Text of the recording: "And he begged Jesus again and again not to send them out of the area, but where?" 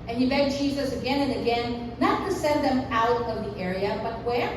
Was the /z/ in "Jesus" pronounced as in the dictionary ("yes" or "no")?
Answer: yes